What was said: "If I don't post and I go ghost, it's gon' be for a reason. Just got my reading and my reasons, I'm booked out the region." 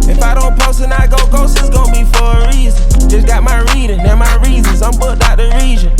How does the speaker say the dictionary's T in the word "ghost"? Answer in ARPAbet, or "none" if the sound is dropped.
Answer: none